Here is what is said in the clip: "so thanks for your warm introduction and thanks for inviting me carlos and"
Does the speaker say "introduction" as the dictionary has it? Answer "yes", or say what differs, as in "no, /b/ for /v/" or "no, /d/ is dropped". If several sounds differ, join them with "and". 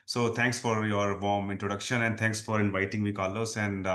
yes